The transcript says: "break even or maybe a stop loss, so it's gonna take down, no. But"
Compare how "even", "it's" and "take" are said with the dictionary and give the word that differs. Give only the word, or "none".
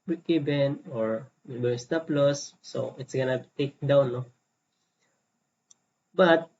even